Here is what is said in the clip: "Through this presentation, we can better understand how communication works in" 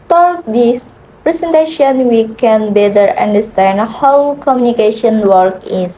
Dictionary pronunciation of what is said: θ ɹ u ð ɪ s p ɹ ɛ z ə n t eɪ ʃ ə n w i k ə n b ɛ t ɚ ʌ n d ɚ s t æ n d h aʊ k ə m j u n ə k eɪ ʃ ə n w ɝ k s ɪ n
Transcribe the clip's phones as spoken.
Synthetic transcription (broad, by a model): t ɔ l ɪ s p ɹ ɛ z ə n t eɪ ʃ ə n w i k ə n b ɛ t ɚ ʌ n d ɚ s t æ n d h aʊ k ə m j u n ə k eɪ ʃ ə n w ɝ k ɪ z